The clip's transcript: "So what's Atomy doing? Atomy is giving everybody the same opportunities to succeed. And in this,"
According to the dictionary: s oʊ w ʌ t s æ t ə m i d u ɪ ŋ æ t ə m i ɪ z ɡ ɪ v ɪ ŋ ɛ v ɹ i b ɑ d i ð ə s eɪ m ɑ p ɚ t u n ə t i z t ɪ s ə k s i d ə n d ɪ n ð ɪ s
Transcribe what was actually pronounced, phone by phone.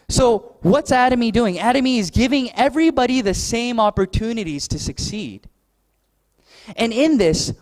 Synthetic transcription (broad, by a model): s oʊ w ʌ t s æ t ə m i d u ɪ ŋ æ t ə m i ɪ z ɡ ɪ v ɪ ŋ ɛ v ɹ i b ɑ d i ð ə s eɪ m ɑ p ɚ t u n ə t i z t ɪ s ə k s i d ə n ɪ n ð ɪ s